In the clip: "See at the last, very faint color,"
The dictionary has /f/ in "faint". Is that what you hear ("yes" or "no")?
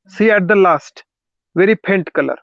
no